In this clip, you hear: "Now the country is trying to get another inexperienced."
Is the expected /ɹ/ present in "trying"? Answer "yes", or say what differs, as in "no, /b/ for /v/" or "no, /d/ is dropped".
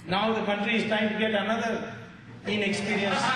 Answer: no, /ɹ/ is dropped